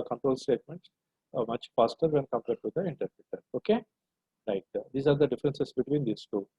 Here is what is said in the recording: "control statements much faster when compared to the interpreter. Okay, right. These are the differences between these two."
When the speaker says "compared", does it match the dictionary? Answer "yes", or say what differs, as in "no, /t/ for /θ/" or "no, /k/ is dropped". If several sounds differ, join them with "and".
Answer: yes